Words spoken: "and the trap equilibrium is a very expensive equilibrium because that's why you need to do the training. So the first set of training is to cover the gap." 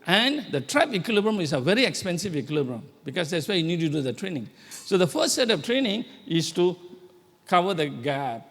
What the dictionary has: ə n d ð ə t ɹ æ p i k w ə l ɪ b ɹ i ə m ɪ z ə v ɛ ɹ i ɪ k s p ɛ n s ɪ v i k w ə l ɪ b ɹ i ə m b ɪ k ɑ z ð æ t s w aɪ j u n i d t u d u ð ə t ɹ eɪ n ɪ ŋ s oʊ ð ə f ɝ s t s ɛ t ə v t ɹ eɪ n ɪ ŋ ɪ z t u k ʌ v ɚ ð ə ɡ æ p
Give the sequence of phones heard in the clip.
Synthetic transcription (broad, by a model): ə n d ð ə t ɹ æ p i k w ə l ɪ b ɹ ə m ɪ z ə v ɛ ɹ i ɪ k s p ɛ n s ɪ v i k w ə l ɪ b ɹ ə m b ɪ k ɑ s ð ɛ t s w aɪ j u n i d t u d u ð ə t ɹ eɪ n ɪ ŋ s oʊ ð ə f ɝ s s ɛ t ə f t ɹ eɪ n ɪ ŋ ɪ s t u k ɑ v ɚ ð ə ɡ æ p